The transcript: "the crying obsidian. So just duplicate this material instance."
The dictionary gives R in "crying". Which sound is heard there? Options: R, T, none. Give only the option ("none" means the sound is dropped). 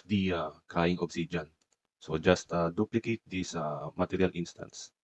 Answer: none